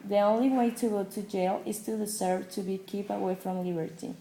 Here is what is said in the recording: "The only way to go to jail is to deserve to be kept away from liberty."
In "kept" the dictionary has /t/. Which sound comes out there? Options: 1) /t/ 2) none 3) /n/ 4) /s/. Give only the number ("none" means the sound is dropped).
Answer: 2